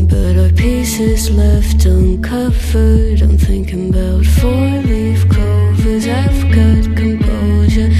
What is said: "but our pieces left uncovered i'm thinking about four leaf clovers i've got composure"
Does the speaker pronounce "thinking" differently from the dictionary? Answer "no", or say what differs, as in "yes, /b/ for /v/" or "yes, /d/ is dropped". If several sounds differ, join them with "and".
no